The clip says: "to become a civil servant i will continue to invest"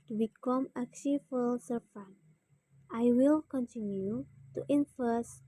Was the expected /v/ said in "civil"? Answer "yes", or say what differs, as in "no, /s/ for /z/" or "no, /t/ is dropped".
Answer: no, /f/ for /v/